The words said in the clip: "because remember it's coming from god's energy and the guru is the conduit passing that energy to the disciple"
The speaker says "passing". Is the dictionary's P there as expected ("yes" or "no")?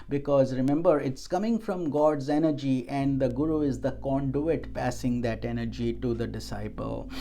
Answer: yes